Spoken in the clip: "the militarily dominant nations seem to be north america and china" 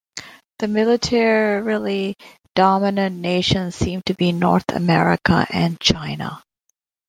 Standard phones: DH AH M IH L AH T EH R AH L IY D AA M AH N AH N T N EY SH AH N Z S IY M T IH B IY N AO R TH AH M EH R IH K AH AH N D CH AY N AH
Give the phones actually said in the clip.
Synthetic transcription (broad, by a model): DH AH M IH L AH T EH R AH L IY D AA M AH N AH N N EY SH AH N Z S IY M T IH B IY N AO R TH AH M EH R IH K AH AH N CH AY N AH